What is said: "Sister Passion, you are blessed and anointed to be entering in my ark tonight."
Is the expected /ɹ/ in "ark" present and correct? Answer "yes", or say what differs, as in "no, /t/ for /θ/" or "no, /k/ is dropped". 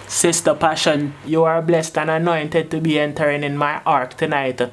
yes